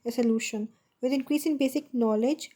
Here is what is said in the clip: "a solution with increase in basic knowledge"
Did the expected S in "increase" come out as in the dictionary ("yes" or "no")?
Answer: yes